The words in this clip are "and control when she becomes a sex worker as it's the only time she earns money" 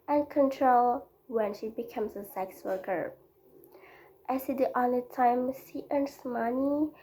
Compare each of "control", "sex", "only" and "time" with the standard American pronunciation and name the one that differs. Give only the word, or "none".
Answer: only